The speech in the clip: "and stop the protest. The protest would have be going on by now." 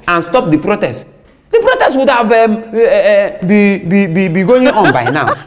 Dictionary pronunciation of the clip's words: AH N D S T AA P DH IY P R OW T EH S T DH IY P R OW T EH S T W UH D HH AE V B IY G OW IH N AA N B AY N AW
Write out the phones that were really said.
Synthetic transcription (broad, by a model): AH N S T AA P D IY P R OW T EH S T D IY P R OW T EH S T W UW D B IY B B IY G OW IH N AA N B AY N AW